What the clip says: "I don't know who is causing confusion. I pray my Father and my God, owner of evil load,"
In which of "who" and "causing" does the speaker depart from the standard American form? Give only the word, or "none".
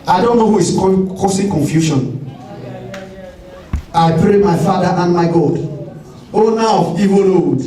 causing